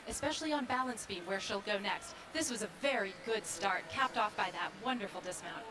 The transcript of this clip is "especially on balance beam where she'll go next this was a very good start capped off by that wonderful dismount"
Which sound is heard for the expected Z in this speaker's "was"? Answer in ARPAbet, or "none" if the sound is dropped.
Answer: Z